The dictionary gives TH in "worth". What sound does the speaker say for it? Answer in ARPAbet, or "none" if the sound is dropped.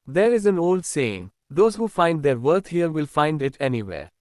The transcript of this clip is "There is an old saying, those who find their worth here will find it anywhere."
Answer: T